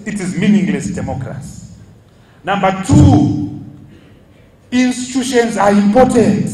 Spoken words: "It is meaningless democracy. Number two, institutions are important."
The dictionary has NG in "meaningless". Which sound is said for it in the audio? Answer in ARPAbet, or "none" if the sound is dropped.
NG